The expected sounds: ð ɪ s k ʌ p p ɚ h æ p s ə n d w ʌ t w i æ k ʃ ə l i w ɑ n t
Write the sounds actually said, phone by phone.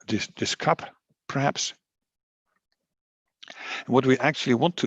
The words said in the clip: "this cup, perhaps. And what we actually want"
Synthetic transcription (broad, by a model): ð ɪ s k ʌ p p ɚ h æ p s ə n w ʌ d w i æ k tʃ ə l i w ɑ n t